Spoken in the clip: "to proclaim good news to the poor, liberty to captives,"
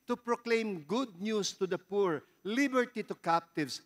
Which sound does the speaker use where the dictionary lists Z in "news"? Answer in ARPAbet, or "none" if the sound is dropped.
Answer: S